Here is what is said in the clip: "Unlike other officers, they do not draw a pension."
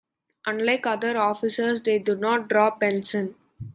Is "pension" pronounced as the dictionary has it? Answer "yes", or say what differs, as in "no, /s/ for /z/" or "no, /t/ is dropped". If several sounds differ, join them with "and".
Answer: no, /s/ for /ʃ/